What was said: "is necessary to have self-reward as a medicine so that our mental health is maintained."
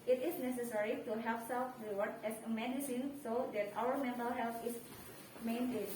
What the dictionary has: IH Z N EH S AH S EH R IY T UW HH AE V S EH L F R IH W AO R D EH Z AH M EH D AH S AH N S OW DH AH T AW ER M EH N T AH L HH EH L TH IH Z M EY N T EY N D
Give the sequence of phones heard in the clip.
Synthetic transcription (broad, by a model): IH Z N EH S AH S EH R IY T UW HH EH P S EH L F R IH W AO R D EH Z AH M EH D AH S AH N S OW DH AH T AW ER M EH N T AH L HH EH L T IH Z M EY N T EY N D